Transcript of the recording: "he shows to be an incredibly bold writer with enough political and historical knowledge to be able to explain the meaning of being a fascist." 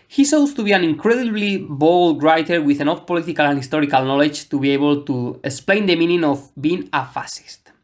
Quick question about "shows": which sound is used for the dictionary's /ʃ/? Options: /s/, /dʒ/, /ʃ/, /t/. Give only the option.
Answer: /s/